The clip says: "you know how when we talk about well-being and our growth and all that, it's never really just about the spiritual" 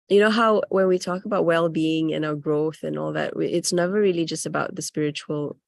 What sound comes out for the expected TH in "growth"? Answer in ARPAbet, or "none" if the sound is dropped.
TH